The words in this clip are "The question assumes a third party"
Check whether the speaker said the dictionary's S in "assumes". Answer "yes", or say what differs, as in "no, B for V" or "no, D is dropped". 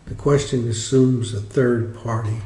yes